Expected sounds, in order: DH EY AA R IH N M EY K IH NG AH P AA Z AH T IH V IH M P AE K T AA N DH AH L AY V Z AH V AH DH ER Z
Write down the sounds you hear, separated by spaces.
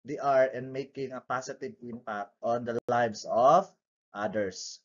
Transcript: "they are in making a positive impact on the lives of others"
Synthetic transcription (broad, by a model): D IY AA R IH N M EY K IH NG AH P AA S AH T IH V IH M P AE K T AA N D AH L AY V S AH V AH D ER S